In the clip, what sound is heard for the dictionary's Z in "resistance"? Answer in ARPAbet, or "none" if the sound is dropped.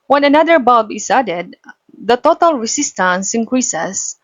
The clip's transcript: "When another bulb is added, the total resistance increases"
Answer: S